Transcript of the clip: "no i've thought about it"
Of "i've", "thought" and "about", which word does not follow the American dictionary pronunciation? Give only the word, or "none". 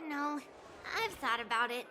none